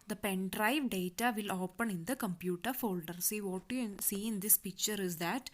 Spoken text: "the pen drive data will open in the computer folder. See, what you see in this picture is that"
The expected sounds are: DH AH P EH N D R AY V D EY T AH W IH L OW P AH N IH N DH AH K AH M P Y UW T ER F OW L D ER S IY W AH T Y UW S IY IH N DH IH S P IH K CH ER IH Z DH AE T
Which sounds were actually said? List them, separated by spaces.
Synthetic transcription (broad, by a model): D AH P EH N D R AY V D EY T AH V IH L OW P AH N IH N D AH K AH M P Y UW T ER F OW L D ER S IY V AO T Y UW S IY IH N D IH S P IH K CH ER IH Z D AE T